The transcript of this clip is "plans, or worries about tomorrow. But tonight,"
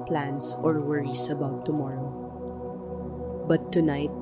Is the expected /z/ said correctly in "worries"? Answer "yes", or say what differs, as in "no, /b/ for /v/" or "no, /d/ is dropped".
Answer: no, /s/ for /z/